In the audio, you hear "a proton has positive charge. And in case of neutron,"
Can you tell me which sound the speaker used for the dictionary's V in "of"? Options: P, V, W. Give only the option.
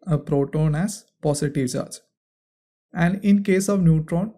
V